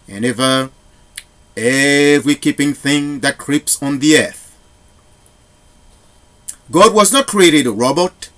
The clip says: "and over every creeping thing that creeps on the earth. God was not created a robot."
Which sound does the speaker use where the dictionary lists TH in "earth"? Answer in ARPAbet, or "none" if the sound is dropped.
TH